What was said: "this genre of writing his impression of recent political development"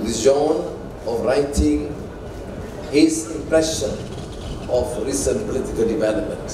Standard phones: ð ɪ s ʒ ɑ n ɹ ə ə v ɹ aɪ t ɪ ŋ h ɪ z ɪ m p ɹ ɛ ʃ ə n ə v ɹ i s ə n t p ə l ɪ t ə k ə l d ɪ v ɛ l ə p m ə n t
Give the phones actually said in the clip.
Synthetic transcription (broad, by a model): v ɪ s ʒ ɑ n ə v ɹ aɪ t ɪ ŋ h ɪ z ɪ m p ɹ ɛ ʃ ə n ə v ɹ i s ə n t p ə l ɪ t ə k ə l d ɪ v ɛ l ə p m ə n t